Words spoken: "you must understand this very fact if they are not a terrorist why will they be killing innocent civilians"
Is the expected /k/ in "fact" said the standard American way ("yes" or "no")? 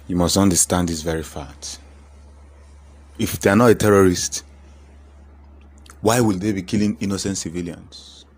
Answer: no